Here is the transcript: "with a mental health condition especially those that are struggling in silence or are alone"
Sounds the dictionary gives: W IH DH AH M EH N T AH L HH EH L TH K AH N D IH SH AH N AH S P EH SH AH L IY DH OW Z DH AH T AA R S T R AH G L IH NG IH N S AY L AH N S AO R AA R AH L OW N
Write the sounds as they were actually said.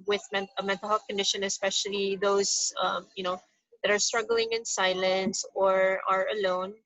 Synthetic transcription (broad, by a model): W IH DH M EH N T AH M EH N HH K AH N D IH SH AH N AH S P EH SH AH L IY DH OW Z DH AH T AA R S T R AH G L IH NG IH N S AY L AH N S AO R AA R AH L OW N